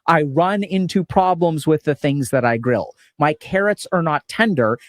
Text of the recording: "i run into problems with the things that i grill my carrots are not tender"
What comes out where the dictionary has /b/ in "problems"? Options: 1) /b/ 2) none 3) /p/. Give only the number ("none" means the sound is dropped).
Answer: 1